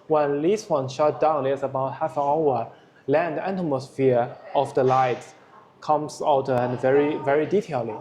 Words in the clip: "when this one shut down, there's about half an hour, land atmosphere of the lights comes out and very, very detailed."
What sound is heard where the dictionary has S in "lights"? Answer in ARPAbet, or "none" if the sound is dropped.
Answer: none